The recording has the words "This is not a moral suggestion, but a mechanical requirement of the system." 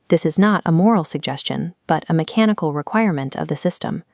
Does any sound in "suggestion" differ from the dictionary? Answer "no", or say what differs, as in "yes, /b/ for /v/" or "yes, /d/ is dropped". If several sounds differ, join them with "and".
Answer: no